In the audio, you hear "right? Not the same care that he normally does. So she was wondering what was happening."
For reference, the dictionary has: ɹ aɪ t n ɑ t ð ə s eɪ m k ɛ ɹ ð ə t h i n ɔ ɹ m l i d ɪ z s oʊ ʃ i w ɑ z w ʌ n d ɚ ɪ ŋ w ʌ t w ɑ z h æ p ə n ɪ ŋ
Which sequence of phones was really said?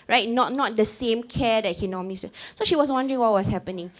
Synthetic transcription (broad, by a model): ɹ aɪ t n ɑ t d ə s eɪ m k ɛ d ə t h i n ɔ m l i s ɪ s oʊ ʃ i w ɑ s w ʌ n d ɚ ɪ ŋ w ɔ t w ɑ s h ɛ p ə n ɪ ŋ